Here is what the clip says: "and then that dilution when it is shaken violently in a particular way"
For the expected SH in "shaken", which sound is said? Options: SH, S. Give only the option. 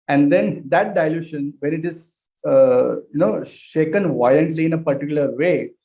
SH